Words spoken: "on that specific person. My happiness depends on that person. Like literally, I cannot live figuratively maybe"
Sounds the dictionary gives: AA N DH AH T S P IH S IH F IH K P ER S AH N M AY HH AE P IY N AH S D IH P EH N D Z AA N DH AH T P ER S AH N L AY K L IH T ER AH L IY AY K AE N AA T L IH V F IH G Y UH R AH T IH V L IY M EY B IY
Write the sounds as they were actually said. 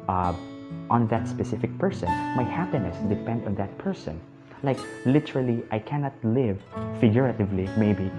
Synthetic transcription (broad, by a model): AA N DH AH T S P IH S IH F IH K P ER S AH N M AY HH AE P IY N AH S D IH P EH N D AA N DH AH T P ER S AH N L AY K L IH T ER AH L IY AY K AE N AA T L IH V F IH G Y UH R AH T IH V L IY M EY B IY